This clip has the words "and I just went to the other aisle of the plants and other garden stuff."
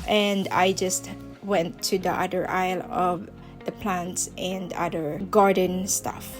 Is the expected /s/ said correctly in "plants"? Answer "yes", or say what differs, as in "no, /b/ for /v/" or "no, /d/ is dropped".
yes